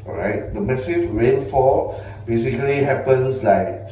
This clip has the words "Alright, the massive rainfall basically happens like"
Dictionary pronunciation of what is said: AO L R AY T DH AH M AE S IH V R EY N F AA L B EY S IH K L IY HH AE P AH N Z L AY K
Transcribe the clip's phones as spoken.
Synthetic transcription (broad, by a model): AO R AY T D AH M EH S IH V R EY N F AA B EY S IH K L IY HH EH P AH N S L AY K